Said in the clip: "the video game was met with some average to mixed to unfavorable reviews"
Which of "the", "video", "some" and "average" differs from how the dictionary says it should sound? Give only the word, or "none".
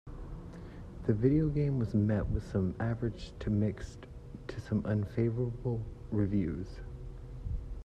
none